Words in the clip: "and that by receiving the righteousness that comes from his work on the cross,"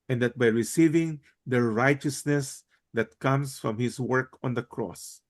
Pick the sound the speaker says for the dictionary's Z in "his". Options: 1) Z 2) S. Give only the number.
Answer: 2